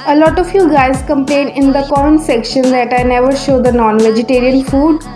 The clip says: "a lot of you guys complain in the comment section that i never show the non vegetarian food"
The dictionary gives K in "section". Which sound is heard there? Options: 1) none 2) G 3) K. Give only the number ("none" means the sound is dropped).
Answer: 3